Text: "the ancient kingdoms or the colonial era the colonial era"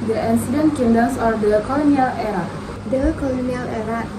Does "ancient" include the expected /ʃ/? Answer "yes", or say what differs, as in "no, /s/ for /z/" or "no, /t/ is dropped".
no, /s/ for /ʃ/